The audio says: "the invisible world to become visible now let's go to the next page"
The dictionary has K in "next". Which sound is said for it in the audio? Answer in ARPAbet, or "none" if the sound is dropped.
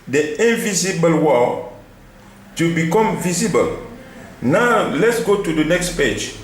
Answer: K